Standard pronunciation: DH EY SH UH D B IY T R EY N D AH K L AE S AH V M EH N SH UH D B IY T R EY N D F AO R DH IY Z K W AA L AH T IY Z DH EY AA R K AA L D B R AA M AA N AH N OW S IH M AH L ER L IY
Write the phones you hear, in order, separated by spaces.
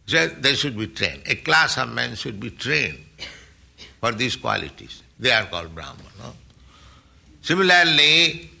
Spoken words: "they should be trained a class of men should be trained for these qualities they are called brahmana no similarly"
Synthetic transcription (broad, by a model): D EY SH UH D B IY T R EY N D AH K L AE S AH V M EH N SH UH D B IY T R EY N D F AO R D IY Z K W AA L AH T IY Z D EY AA R K AA L D B R AA UH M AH N OW S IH M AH L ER L IY